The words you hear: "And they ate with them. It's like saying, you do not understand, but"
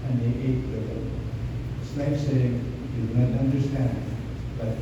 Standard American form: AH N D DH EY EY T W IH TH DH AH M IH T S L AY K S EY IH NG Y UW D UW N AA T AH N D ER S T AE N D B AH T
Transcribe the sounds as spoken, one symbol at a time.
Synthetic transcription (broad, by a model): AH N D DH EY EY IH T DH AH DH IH S N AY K S EY IH NG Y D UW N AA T AH N D ER S T AE N D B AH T